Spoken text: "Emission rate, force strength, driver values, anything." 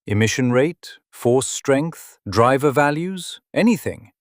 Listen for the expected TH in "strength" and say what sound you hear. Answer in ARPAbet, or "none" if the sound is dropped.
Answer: TH